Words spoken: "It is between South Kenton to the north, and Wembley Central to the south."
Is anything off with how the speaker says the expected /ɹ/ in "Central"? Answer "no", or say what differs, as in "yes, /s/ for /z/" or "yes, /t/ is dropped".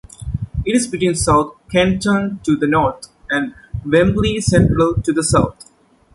no